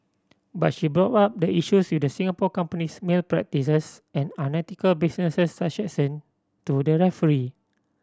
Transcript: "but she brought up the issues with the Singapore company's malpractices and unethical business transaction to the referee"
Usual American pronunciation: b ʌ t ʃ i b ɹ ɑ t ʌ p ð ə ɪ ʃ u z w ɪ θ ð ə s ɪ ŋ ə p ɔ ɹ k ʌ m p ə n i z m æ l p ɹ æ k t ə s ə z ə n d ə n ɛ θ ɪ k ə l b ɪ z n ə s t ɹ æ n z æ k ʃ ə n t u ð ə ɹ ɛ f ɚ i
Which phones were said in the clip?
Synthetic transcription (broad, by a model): b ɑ t ʃ i b ɹ ɑ t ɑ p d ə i ʃ u s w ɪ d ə s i ŋ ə p ɔ k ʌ m p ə n i s m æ l p ɹ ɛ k t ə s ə s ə n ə n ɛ t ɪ k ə l b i s n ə s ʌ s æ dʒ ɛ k s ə n t u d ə ɹ ɛ f ɚ i